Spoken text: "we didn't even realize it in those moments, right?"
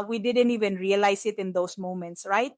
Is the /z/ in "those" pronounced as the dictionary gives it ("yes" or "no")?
no